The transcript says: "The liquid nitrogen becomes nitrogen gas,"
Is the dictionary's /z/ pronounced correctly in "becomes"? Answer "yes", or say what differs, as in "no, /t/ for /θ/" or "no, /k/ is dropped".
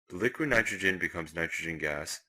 yes